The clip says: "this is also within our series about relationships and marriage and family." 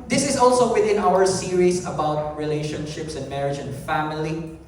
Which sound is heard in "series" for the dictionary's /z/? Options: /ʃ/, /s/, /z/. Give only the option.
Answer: /s/